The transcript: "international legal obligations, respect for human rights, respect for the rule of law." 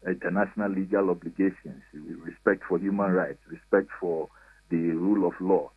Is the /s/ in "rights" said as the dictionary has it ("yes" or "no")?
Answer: yes